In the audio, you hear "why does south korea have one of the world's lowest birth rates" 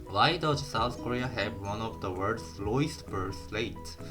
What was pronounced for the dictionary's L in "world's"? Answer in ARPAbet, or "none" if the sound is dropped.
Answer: none